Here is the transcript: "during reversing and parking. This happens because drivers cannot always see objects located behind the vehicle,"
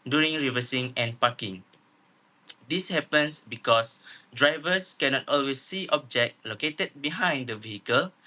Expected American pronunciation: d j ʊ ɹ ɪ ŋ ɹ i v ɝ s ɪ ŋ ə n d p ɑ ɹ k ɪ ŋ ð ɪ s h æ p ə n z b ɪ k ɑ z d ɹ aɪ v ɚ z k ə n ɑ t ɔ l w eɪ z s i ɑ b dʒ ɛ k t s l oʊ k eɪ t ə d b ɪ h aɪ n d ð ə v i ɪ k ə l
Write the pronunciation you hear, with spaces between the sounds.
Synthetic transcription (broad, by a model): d j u ɹ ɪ ŋ ɹ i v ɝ s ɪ ŋ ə n p ɑ k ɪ ŋ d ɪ s h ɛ p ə n s b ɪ k ɑ s d ɹ aɪ v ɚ s k ə n ɑ t ɔ l w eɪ s i ɑ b dʒ ɛ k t l oʊ k eɪ t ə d b ɪ h aɪ n d ə v i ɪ k ə l